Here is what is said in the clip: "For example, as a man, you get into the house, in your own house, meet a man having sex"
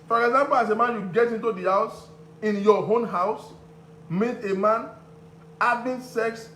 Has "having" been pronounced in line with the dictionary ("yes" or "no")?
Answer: no